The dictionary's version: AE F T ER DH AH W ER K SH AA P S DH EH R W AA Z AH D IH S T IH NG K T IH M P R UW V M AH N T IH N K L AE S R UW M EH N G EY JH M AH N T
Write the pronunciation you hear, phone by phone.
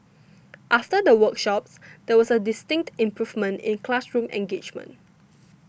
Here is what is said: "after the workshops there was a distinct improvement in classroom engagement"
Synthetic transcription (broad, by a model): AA F T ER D AH W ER K SH AA P S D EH W AA S AH D IH S T IH NG K T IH M P R UW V M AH N T IH N K L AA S R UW M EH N G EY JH M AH N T